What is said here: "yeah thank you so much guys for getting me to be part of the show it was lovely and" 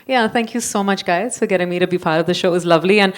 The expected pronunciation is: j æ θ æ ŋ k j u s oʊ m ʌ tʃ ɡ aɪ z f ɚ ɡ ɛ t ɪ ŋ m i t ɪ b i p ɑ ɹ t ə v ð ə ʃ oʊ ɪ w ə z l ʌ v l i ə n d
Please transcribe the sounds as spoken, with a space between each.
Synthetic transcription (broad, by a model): j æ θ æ ŋ k j u s oʊ m ʌ tʃ ɡ aɪ z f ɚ ɡ ɛ t ɪ ŋ m i t ɪ b i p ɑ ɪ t ə v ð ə ʃ oʊ ɪ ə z l ʌ v l i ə n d